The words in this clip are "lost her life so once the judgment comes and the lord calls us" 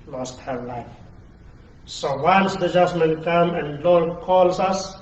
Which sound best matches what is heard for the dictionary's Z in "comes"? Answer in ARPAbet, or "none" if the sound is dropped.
none